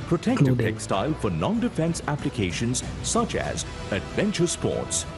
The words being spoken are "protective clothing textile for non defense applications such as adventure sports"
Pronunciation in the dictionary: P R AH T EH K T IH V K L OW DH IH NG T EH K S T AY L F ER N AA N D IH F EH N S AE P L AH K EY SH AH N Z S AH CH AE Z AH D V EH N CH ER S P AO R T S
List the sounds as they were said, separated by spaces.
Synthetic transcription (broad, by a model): P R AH T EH K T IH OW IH T EH K S T AY L F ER N AA N D IH F EH N S AE P L AH K EY SH AH N Z S AH CH AE Z AH D V EH N CH ER S P AO R T S